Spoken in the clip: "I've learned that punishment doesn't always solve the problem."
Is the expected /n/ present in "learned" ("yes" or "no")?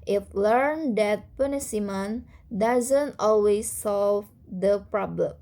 yes